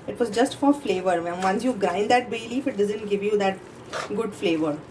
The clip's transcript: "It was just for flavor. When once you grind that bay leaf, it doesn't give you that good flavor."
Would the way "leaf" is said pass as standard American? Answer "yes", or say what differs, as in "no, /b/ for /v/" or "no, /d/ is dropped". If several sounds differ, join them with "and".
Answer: yes